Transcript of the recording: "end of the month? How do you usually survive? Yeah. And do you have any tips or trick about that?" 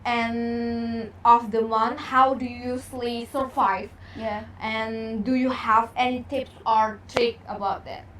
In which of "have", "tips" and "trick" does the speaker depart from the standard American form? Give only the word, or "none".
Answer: none